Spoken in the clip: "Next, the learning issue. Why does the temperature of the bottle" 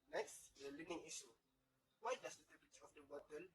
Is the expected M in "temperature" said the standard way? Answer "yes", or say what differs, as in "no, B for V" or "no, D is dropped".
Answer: no, M is dropped